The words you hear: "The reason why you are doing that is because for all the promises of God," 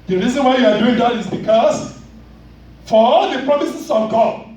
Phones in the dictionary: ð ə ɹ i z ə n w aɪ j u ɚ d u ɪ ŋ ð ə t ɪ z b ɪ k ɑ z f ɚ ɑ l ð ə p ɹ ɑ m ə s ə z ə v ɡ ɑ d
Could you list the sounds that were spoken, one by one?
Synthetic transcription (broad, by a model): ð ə ɹ i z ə n w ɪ j u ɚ d u ɪ ŋ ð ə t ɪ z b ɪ k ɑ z f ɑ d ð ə p ɹ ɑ m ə s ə s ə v ɡ ɑ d